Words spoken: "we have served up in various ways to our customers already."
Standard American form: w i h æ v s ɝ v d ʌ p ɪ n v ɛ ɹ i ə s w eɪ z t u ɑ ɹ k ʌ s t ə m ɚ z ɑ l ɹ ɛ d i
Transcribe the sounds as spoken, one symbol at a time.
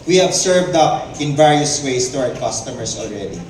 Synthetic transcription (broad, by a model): w i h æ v s ɝ v d ʌ p ɪ n v ɛ ɹ i ə s w eɪ s t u ɑ ɹ k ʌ s t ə m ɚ s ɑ l ɹ ɛ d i